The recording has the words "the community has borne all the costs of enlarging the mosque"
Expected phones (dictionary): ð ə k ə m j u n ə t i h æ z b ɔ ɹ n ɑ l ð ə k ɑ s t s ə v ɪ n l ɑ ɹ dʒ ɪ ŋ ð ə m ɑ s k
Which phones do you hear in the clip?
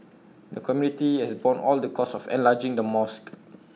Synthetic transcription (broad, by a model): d ə k ə m j u n ə t i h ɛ s b ɔ n ɑ l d ə k ɑ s s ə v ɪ n l ɑ dʒ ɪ ŋ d ə m ɑ s k